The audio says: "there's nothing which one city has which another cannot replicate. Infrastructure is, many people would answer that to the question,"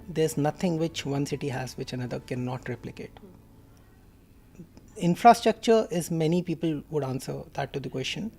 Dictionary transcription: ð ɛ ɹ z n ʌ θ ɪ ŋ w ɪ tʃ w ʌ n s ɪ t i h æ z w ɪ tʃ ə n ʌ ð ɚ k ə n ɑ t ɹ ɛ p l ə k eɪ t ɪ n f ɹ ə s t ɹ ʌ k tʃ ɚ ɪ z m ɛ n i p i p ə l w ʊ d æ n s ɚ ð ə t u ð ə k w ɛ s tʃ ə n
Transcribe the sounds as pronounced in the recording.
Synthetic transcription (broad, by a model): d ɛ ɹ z n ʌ t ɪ ŋ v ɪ tʃ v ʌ n s ɪ t i h æ z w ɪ tʃ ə n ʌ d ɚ k ə n ɑ t ɹ ɛ p l ə k eɪ t ɪ n f ɹ ə s t ɹ ʌ k tʃ ɚ ɪ z m ɛ n i p i p ə l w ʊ d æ n s ɚ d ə t u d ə k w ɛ s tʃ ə n